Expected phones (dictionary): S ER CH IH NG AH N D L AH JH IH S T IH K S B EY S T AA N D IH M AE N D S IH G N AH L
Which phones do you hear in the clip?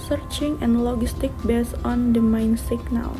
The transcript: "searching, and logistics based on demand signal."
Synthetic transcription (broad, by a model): S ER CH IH NG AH N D L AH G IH S T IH K B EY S AA N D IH M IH N S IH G N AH L